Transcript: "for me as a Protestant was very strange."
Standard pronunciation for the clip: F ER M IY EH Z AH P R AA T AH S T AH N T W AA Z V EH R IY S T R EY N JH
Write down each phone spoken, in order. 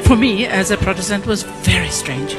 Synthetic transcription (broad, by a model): F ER M IY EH Z AH P R AA T AH S T AH N T W AA Z V EH R IY S T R EY N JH